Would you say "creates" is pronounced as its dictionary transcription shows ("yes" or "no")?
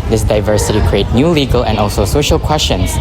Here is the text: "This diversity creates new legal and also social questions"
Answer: no